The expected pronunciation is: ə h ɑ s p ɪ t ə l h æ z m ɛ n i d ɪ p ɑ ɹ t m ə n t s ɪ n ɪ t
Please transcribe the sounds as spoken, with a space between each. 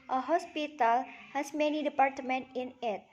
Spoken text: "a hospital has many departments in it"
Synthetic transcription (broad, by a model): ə h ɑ s p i t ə l h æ s m ɛ n i d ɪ p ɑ ɹ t m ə n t ɪ n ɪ t